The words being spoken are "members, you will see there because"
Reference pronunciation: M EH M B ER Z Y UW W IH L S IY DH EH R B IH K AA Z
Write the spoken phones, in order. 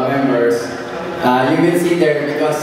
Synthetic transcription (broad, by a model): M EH M B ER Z Y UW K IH N S IY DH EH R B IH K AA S